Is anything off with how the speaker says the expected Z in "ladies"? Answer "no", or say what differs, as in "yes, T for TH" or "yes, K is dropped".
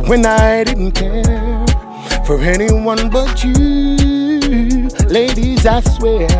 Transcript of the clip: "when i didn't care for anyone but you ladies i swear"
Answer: no